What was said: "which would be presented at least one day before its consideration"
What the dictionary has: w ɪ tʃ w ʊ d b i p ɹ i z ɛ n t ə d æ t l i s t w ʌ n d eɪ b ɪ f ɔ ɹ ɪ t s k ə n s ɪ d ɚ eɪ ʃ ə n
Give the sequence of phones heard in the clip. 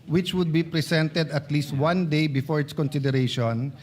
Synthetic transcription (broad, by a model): w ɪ tʃ w ʊ d b i p ɹ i s ɛ n t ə d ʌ t l i s t w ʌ n d eɪ b ɪ f ɔ ɹ ɪ t s k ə n s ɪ d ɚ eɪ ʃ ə n